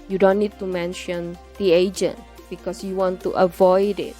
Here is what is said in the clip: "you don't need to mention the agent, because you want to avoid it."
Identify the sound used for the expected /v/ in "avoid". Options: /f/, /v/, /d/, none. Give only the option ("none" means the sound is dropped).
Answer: /v/